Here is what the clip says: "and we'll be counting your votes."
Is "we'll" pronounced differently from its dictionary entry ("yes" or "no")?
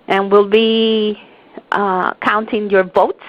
no